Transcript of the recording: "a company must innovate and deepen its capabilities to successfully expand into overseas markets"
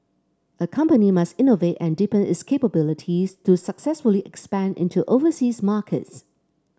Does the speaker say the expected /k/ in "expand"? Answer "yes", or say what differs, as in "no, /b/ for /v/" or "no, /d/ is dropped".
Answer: yes